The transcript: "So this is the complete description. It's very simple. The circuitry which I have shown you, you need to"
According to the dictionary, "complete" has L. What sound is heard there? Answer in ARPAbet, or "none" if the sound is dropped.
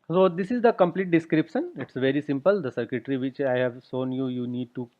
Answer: L